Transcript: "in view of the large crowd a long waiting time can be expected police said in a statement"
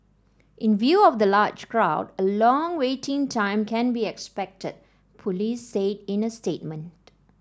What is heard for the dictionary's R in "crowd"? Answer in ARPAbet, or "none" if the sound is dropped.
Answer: R